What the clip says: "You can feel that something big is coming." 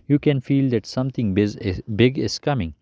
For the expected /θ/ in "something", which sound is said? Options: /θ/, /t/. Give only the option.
/t/